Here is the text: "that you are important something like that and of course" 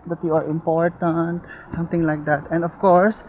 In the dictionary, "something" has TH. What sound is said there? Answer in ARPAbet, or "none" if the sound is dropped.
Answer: T